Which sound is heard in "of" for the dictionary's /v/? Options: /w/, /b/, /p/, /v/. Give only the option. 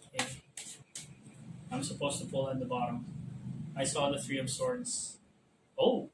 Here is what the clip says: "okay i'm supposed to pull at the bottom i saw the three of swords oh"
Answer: /b/